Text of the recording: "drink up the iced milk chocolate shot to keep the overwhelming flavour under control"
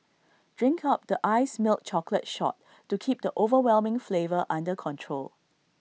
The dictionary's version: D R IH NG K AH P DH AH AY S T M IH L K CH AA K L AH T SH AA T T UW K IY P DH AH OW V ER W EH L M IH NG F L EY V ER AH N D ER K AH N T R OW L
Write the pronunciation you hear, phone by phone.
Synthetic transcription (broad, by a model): D R IH NG K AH P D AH AY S M IH L K CH AA K L AH T SH AA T T UW K IY P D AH OW V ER W EH L M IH NG F L EY V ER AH N D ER K AH N T R OW L